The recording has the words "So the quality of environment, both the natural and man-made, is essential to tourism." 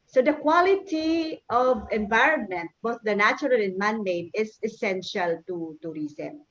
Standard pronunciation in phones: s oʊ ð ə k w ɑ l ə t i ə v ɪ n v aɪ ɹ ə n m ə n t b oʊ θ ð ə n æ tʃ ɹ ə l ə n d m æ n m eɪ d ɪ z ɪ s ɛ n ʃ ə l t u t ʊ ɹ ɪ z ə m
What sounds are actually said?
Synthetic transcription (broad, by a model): s oʊ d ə k w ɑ l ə t i ə v ɪ n v aɪ ɹ ə n m ə n t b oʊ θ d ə n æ tʃ ɹ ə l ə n m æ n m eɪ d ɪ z ɪ s ɛ n ʃ ə l t u t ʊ ɹ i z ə m